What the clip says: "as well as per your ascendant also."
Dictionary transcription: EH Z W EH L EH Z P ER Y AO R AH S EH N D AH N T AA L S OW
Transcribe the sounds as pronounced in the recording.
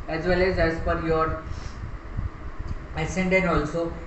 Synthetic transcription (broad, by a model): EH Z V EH L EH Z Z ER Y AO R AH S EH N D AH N AA L S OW